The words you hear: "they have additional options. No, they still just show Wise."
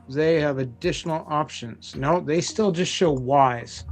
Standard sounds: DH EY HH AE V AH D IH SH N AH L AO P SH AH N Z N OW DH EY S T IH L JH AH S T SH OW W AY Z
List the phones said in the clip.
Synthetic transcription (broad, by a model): DH EY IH V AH D IH SH N L AO P SH AH N Z N OW DH EY S T IH L JH AH S T SH OW W AY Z